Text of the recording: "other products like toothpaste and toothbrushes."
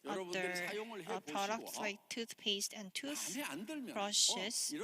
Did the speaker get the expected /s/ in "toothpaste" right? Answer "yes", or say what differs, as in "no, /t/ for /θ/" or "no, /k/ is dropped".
yes